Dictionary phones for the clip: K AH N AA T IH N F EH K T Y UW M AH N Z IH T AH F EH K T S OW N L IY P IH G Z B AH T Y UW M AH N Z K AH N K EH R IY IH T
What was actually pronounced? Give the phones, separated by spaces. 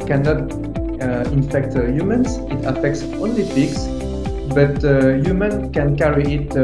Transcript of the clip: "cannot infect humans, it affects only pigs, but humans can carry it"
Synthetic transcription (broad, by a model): K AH N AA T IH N F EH K T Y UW M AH N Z IH T AH F EH K T S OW N L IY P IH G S B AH T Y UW M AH N K AH N K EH R IY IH T